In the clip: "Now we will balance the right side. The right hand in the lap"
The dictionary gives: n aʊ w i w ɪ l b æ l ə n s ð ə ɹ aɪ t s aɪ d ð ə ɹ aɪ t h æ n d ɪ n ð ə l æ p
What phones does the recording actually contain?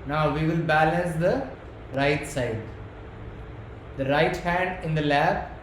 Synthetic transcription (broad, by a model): n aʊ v i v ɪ l b æ l ə n s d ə ɹ aɪ t s aɪ d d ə ɹ aɪ t h æ n d ɪ n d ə l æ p